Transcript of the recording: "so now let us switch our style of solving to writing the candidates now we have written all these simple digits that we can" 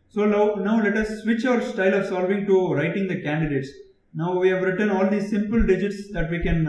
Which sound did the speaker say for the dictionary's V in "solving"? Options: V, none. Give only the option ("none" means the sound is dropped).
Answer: V